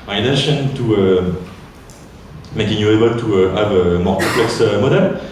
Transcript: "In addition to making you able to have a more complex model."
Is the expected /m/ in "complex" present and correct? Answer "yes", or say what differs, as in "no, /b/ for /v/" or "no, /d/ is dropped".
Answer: no, /m/ is dropped